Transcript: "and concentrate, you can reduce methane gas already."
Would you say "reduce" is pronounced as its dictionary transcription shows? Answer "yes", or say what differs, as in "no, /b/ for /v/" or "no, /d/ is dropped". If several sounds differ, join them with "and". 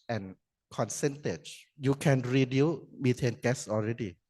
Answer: no, /s/ is dropped